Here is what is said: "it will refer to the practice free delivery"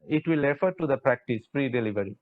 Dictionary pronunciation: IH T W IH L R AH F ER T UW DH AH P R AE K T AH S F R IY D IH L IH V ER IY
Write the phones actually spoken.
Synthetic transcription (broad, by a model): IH T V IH L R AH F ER T UW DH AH P R AE K T AH S P R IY D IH L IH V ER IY